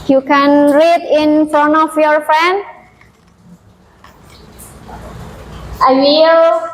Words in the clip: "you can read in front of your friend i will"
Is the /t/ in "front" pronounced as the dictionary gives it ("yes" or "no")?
no